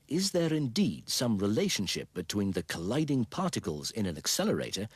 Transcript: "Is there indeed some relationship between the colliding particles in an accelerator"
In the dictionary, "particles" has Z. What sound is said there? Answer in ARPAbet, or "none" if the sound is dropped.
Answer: Z